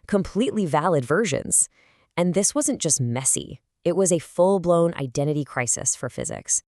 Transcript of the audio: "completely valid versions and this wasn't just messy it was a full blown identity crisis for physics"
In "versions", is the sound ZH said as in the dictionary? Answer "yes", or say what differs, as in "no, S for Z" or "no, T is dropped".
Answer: yes